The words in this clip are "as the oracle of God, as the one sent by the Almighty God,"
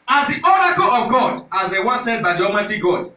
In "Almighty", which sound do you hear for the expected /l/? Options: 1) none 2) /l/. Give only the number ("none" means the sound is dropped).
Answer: 1